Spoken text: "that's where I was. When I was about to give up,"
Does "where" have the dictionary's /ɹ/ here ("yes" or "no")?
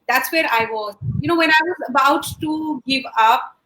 yes